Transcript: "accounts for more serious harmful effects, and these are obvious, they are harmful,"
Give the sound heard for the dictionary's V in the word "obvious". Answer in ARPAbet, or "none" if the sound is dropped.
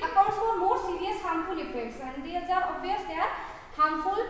none